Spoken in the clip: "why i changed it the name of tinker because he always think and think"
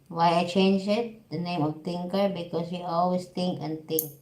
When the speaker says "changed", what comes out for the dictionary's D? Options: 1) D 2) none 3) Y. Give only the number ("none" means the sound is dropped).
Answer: 2